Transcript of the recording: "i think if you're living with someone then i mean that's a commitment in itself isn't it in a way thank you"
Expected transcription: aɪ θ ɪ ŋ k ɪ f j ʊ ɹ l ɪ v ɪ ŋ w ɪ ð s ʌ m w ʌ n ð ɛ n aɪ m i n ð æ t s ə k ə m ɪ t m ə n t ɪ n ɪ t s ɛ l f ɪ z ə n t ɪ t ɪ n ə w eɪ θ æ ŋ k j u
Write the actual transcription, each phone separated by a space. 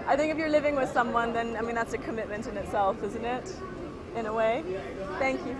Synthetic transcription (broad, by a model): aɪ θ ɪ ŋ k ɪ f j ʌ ɹ l ɪ v ɪ ŋ w ɪ ð s ʌ m w ʌ n ð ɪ n aɪ m i n ð æ t s ə k ə m ɪ t m ə n t ɪ n ɪ t s ɛ l f ɪ z ə n t ɪ t ɪ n ə w eɪ θ æ ŋ k j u